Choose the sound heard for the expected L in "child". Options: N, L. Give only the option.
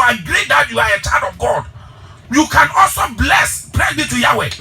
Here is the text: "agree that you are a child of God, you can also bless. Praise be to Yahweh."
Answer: N